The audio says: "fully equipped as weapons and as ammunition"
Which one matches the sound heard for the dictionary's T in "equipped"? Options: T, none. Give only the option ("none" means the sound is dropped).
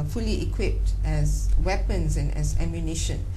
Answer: T